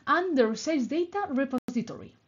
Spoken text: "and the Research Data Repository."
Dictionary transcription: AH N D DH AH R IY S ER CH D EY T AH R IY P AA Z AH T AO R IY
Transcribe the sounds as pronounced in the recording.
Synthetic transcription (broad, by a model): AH N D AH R S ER S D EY T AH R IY P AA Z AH T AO R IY